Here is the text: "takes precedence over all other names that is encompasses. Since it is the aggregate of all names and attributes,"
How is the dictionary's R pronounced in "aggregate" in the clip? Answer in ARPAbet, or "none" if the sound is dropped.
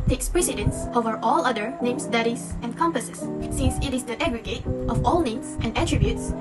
R